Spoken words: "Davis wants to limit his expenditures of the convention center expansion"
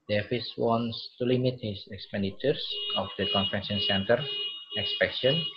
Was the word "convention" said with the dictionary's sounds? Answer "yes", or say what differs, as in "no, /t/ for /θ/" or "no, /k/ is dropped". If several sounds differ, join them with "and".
no, /f/ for /v/